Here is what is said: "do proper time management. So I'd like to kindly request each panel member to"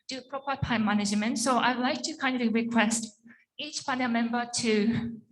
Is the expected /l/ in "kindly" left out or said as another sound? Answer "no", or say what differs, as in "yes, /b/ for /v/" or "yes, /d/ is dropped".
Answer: yes, /l/ is dropped